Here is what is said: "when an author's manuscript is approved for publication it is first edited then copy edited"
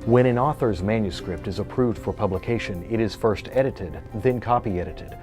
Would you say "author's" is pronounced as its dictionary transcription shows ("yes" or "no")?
yes